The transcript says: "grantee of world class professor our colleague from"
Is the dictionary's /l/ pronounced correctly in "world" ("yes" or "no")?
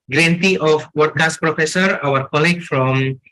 no